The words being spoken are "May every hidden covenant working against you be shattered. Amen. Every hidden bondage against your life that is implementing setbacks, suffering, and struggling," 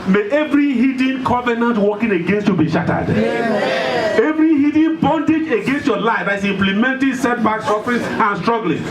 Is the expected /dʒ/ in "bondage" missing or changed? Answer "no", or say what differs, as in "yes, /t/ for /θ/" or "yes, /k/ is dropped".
no